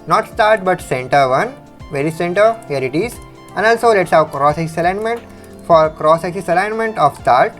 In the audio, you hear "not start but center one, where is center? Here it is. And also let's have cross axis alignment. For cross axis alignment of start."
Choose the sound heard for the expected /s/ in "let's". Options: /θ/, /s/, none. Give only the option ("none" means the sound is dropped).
/s/